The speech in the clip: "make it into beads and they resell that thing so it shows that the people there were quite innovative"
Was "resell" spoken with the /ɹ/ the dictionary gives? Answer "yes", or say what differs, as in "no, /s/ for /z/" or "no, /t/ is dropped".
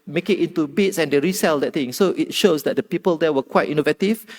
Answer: yes